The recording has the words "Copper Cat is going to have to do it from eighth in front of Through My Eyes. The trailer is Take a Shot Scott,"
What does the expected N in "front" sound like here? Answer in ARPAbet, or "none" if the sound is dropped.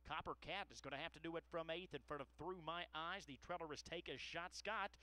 none